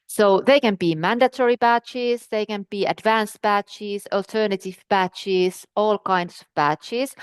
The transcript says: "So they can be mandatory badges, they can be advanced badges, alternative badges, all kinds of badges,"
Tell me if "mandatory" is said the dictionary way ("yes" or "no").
yes